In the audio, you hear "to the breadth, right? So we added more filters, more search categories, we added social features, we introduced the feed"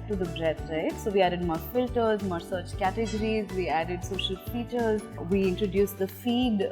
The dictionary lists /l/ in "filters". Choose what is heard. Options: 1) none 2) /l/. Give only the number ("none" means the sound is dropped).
2